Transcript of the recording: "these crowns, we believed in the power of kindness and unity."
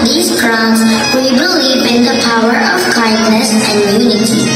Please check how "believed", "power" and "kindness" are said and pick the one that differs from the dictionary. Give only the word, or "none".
believed